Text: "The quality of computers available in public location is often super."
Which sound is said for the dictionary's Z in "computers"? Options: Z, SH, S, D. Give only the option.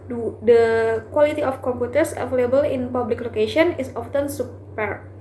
S